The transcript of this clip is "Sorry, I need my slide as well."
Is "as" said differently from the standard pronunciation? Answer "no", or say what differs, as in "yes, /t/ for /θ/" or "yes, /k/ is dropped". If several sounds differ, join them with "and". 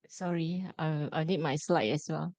yes, /s/ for /z/